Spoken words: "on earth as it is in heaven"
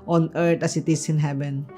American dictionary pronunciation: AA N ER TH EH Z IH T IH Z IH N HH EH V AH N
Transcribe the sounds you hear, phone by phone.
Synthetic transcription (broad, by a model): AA N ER T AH S IH T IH S IH N HH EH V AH N